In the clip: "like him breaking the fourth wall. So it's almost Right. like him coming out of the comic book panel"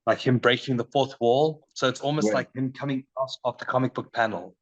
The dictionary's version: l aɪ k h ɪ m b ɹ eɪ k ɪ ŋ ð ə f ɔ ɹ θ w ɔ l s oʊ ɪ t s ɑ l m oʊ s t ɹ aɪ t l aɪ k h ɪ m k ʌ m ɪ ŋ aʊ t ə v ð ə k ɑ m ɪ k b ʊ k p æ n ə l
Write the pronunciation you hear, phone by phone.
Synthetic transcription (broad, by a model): l aɪ k h ɪ m b ɹ eɪ k ɪ ŋ ð ə f ɔ ɹ θ w ɔ l s oʊ ɪ t s ɑ l m oʊ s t t l aɪ k h ɪ m k ʌ m ɪ ŋ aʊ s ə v ð ə k ɑ m ɪ k b ʊ k p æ n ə l